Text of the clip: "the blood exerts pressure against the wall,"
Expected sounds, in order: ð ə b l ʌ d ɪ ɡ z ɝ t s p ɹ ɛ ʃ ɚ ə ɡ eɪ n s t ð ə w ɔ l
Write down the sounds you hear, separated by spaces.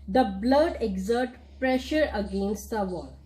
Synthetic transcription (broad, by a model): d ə b l ʌ d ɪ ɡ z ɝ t p ɹ ɛ ʃ ɚ ə ɡ eɪ n s t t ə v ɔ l